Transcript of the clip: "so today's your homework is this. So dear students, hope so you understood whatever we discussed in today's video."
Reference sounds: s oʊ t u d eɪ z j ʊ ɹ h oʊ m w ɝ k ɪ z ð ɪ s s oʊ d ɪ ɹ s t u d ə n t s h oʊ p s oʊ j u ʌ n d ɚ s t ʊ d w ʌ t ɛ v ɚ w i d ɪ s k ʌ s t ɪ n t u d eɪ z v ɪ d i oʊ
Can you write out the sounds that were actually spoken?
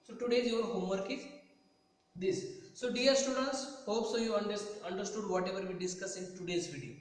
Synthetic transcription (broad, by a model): s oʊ t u d eɪ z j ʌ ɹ h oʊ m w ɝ k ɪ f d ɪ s s oʊ d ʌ ɹ s t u d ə n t s h oʊ p s oʊ j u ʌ n d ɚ s t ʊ d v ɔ t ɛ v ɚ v i d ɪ s k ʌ s ɪ n t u d eɪ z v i d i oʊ